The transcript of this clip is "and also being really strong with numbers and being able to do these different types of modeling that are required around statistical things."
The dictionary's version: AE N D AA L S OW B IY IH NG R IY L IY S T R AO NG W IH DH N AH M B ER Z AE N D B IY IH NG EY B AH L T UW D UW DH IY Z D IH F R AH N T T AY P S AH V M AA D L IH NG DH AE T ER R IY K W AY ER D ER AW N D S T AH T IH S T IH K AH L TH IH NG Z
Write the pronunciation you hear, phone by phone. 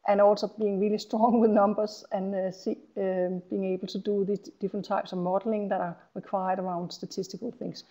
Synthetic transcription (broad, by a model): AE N AA L S OW B IY IH NG R IY L IY S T R AO NG W IH DH N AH M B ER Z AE N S B IY IH NG EY B AH L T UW D UW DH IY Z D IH F R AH N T T AY P S AH V M AA D L IH NG DH AE T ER R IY K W AY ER D ER AW N D S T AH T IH S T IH K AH L TH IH NG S